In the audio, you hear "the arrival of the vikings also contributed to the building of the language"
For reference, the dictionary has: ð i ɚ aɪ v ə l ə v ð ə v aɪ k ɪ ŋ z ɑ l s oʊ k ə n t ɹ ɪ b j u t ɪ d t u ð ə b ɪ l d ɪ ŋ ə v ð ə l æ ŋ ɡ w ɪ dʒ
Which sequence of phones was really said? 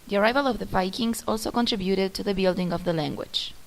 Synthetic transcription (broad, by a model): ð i ɚ aɪ v ə l ə v ð ə p aɪ k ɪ ŋ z ɑ l s oʊ k ə n t ɹ ɪ b j u t ɪ d t u ð ə b ɪ l d ɪ ŋ ə v ð ə l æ ŋ ɡ w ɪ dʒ